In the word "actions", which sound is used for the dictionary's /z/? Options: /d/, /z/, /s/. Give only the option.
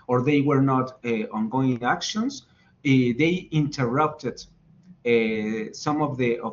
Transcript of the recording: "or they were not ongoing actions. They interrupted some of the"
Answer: /s/